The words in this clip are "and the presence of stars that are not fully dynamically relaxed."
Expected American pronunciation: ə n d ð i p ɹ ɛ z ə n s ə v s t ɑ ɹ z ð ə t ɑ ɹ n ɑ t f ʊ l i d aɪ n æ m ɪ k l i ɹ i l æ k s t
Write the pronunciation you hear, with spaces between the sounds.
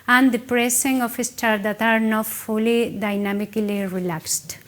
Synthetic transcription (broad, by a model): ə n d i p ɹ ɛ s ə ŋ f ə s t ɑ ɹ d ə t ɑ ɹ n ɑ t f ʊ l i d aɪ n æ m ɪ k l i ɹ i l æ k s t